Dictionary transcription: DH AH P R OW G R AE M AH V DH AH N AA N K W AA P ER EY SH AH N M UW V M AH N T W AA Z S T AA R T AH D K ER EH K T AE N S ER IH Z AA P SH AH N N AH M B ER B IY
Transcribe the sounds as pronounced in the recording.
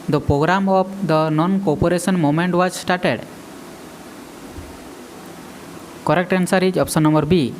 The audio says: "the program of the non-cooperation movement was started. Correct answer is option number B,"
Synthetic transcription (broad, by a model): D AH P R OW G R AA M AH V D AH N AA N K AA P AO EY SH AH N M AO M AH N T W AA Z S T AA R T AH D K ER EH K T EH N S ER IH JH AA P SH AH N N AH M B ER B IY